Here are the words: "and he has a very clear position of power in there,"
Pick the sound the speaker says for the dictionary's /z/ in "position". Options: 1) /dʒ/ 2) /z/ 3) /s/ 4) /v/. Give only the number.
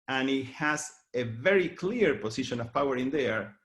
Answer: 3